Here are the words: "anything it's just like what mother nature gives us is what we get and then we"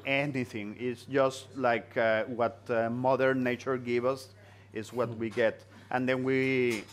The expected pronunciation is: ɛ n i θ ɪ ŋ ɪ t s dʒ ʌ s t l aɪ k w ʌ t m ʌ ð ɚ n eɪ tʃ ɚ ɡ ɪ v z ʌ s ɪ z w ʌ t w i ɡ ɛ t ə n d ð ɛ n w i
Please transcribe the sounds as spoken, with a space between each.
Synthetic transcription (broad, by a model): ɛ n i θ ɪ ŋ ɪ t s dʒ ʌ s t l aɪ k w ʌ t m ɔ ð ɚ n eɪ tʃ ɚ ɡ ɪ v ʌ s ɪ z w ʌ t w i ɡ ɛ t ə n d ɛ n w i